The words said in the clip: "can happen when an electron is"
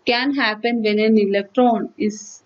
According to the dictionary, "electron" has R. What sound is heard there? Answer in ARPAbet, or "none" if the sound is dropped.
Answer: R